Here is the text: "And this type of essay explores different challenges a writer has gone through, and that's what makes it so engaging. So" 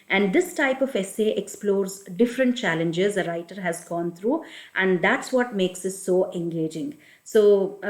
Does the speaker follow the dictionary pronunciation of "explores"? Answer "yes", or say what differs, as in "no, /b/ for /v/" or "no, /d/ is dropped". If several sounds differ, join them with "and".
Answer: yes